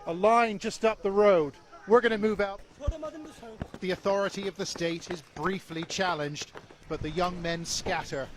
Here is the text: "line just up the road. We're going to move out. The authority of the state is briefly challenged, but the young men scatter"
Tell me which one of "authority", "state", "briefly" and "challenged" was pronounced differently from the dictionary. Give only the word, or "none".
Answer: none